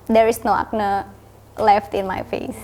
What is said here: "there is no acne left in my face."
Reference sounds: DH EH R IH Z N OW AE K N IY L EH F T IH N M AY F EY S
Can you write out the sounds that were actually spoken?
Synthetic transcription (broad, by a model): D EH R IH S N OW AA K N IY L EH F T IH N M AY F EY S